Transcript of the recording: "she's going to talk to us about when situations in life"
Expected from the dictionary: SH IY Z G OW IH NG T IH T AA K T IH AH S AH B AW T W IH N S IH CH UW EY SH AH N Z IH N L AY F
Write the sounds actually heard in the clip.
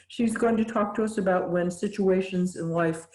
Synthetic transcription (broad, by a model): SH IY Z G OW IH NG T IH T AA K T IH AH S AH B AW T W IH N S IH CH UW EY SH AH N Z IH N L AY F